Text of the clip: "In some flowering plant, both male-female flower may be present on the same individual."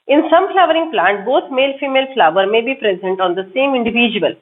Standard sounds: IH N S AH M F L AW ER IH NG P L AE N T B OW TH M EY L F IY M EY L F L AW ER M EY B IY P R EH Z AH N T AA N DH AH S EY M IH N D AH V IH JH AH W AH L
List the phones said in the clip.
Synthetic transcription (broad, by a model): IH N S AH M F L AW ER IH NG P L AE N T B OW T M EY L F IY M EY L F L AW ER M EY B IY P R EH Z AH N T AA N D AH S EY M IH N D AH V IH JH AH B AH L